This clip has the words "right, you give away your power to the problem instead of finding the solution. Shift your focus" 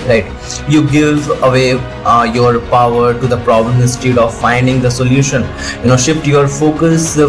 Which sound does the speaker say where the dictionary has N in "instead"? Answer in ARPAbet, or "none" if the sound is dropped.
none